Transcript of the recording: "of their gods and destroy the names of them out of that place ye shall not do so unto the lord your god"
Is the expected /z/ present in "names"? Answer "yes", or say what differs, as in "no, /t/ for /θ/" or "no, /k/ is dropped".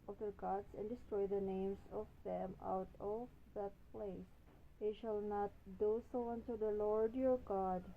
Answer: no, /s/ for /z/